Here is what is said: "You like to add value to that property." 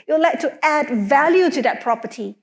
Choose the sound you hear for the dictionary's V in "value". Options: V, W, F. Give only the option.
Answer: V